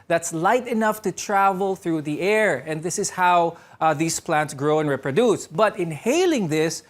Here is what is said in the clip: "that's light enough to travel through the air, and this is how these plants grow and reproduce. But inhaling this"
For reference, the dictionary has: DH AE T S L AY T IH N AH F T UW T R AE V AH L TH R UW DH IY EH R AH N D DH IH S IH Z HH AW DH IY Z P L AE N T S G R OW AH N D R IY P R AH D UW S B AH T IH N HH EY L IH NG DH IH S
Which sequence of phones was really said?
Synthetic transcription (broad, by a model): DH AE T S L AY T IH N AH F T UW T R AE V AH L TH R UW DH IY EH R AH N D DH IH S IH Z HH AW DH IY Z P L AE N T S G R OW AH N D R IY P R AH D UW S B AH T IH N HH EY L IH NG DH IH S